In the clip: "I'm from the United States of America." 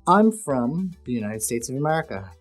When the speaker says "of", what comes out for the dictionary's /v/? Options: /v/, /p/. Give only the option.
/v/